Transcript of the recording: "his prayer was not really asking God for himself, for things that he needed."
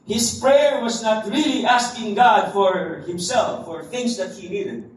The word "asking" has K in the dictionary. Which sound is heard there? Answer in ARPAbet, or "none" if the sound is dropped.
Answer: K